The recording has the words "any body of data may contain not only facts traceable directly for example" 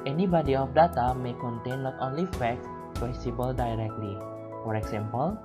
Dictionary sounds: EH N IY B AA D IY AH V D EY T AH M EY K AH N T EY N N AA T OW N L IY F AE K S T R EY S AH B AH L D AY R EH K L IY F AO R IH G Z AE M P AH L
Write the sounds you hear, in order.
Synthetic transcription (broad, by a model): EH N IY B AA D IY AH F D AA T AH M EY K AH N T EY N L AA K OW N L IY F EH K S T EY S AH B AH L D AY R EH K L IY F AO R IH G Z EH M P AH L